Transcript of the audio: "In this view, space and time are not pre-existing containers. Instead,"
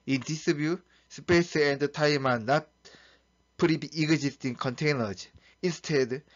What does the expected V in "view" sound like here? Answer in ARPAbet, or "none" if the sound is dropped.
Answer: B